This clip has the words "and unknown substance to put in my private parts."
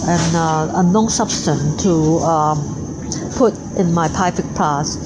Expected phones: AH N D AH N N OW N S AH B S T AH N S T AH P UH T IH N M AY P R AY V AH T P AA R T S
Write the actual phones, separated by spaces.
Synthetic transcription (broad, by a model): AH N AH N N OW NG S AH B S T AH N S T AH P UH T IH N M AY P AY F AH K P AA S